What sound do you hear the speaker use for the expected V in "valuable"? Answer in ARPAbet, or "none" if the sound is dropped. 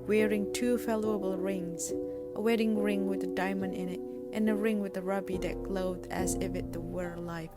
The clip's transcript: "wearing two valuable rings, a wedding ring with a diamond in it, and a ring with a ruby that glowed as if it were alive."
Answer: F